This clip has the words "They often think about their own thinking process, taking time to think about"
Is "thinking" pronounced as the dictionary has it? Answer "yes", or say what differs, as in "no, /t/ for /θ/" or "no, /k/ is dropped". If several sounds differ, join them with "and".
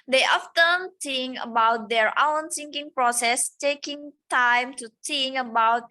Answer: no, /s/ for /θ/